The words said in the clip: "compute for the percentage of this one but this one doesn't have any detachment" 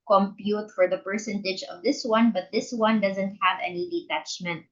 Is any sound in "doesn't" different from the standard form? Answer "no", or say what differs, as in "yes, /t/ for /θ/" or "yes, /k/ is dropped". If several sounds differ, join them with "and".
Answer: no